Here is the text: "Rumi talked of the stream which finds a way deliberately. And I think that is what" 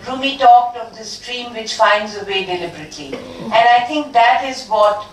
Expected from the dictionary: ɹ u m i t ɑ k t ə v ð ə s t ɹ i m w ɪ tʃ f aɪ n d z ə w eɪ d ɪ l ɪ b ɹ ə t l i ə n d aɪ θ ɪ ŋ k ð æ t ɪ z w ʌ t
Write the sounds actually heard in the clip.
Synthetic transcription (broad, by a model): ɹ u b i t ɑ k t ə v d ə s t ɹ i m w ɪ tʃ f aɪ n d z ə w eɪ d ɪ l ɪ b ɹ ə t l i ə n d aɪ t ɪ ŋ k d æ t ɪ z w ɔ t